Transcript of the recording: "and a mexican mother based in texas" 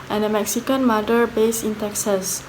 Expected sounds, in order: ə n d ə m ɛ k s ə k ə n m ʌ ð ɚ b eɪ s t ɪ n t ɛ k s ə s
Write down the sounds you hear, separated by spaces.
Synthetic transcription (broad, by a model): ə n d ə m ɛ k s ə k ə n m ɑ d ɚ b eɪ s ɪ n t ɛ k s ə s